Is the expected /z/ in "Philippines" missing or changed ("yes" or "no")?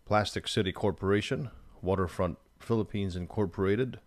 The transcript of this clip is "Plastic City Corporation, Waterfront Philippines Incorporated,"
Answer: no